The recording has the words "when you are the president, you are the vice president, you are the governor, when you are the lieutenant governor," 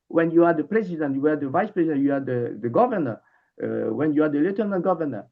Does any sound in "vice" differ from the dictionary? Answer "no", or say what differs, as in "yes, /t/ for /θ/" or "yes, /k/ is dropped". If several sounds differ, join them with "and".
no